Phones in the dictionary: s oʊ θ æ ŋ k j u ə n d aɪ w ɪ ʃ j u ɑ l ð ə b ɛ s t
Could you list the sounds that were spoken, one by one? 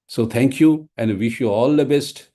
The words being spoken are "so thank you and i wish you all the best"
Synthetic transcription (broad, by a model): s oʊ t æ ŋ k j u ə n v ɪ ʃ j u ɑ l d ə b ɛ s t